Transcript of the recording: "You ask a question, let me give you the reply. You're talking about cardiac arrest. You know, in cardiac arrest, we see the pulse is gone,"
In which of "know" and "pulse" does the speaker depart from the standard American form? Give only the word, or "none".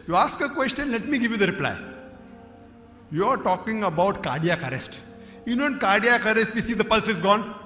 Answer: none